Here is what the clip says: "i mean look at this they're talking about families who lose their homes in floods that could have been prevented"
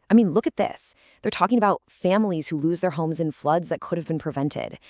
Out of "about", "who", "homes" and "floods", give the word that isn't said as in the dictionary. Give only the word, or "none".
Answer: none